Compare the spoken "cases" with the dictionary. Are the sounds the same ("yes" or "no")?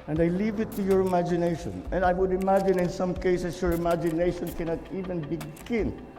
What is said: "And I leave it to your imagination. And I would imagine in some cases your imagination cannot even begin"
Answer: no